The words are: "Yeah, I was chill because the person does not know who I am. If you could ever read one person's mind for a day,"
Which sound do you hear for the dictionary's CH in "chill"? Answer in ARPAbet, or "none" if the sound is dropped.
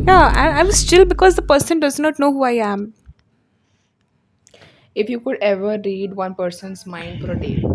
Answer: S